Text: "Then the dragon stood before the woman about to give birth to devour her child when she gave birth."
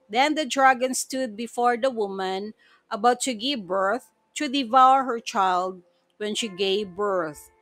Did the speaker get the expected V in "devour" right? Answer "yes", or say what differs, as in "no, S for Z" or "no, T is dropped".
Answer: yes